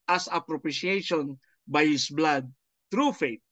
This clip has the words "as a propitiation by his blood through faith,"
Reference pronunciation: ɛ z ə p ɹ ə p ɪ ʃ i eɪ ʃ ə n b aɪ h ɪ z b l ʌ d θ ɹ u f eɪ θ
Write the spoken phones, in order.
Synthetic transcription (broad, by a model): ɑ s ə p ɹ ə p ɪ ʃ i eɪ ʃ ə n b aɪ h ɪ s b l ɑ d t ɹ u f eɪ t